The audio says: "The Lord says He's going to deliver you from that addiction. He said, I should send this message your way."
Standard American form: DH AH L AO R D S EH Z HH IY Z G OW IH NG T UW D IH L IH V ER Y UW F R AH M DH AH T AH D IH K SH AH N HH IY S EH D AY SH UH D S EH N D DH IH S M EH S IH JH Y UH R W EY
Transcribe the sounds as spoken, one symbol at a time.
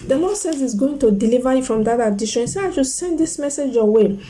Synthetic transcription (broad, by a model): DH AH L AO S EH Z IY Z G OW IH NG T UW D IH L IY V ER Y UW F R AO M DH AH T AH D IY SH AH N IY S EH AY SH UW S EH N D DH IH S M EH S IH JH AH W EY